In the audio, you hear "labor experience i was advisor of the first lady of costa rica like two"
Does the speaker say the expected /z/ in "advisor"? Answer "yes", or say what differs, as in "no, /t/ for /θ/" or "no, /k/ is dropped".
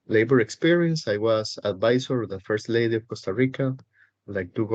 no, /s/ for /z/